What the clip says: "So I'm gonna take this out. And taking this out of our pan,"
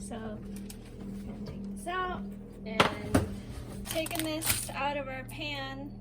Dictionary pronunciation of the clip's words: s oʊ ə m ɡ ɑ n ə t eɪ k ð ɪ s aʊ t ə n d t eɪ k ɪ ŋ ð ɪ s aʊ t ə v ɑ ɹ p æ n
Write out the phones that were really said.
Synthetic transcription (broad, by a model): s oʊ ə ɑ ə t eɪ k ð ɪ s aʊ t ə n t eɪ k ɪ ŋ ð ɪ s aʊ t ə v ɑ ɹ p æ n